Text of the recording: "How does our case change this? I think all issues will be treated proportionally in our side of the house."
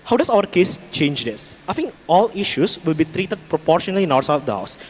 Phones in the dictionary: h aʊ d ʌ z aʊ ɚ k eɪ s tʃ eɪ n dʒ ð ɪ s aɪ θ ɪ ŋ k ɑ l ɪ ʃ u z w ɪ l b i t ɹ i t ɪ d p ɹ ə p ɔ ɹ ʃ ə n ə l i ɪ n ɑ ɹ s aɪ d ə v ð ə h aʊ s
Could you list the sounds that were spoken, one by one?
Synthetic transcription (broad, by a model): h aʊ d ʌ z aʊ ɚ k eɪ s tʃ eɪ n dʒ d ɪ s aɪ f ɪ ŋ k ɑ l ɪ ʃ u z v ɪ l b i t ɹ i t ɪ d p ɹ ə p ɔ ɹ ʃ ə n ə l i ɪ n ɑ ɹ s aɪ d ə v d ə h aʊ s